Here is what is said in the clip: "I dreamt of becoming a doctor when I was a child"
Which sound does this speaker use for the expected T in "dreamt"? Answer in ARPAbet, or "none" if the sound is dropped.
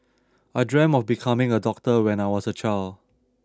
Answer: none